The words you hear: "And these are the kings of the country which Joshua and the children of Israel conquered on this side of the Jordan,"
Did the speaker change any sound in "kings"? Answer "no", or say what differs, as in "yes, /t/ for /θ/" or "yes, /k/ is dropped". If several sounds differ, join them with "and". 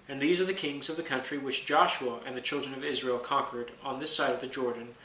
no